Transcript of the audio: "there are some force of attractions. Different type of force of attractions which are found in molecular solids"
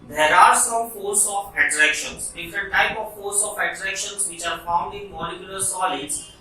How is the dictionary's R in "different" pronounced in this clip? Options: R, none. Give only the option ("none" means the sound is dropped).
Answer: none